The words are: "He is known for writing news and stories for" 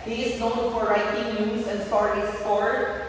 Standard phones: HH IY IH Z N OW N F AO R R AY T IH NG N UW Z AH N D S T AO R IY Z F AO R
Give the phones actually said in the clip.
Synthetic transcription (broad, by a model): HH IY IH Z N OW L F AO R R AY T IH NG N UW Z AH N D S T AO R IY S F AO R